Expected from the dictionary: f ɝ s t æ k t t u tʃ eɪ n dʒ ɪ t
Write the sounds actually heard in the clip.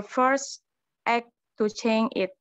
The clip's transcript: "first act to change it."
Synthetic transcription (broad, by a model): f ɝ s t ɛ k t t u tʃ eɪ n ɪ t